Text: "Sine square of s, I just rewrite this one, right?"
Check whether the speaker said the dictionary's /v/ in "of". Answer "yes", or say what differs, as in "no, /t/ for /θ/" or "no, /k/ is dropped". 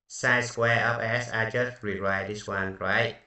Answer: no, /p/ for /v/